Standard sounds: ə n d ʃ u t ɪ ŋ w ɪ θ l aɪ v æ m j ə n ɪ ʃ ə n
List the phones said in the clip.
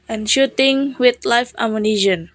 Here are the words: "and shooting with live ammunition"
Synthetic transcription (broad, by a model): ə n ʃ u t ɪ ŋ w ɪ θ l aɪ f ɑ m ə n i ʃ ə n